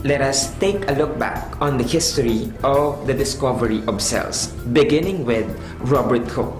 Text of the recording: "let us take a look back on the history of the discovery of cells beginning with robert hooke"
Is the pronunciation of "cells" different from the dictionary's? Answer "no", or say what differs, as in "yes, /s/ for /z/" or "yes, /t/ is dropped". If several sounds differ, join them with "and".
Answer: yes, /s/ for /z/